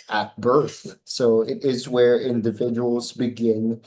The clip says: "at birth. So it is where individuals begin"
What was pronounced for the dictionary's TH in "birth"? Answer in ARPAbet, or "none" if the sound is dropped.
TH